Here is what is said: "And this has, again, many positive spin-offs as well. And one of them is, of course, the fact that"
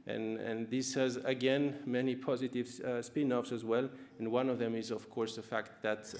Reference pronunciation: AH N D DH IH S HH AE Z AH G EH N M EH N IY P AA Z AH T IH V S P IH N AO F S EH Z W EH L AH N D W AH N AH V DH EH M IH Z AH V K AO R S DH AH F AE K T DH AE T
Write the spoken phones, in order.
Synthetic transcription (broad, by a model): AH N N DH IH S HH AE Z AH G EH N M EH N IY P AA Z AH T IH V S P IH N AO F S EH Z W EH L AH N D W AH N AH V DH EH M IH Z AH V K AO R S DH AH F AE K T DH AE T